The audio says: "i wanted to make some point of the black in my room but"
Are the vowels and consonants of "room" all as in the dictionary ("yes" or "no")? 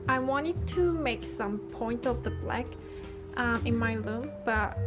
no